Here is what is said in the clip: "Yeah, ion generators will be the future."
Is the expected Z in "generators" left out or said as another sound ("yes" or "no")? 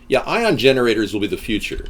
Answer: no